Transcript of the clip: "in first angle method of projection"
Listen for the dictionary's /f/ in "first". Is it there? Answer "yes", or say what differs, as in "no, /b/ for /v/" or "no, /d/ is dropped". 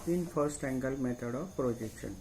no, /p/ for /f/